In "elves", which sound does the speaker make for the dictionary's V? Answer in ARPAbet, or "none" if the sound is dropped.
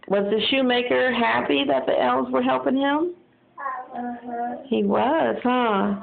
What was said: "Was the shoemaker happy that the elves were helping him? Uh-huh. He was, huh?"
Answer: none